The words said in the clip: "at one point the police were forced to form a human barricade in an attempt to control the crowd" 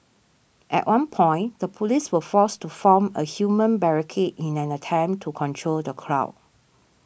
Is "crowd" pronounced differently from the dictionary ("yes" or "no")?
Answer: yes